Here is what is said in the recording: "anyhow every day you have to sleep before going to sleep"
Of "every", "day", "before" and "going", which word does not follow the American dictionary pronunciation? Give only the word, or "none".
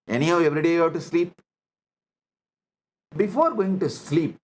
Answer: none